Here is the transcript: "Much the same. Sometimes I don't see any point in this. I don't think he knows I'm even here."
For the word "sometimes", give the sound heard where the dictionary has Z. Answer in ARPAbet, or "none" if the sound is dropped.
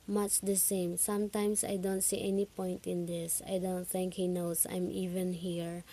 S